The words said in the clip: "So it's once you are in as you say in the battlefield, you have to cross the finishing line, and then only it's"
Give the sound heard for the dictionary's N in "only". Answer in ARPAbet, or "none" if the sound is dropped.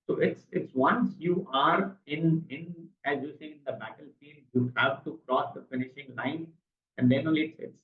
none